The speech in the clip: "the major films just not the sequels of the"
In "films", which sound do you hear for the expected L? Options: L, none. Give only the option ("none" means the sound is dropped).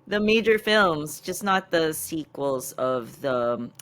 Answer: L